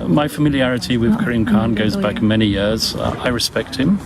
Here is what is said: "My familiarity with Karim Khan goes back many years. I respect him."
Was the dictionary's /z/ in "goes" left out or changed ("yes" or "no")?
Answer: no